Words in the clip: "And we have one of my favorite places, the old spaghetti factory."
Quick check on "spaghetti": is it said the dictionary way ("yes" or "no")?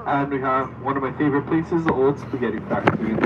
no